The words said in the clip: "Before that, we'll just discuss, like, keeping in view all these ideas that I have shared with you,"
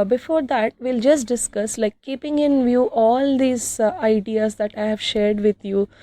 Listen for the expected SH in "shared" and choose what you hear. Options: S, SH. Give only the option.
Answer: SH